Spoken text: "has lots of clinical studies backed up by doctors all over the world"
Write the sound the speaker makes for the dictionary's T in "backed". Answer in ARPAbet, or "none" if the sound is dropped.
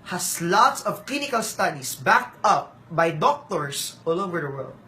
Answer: T